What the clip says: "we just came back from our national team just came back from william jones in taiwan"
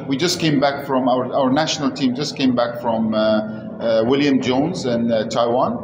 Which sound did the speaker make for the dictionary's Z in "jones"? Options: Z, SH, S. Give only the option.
Z